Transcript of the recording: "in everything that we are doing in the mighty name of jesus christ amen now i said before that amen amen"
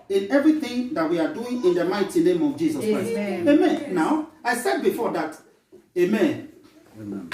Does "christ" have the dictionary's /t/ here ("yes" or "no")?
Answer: no